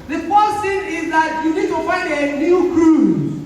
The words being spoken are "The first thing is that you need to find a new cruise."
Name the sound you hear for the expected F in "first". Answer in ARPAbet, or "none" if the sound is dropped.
P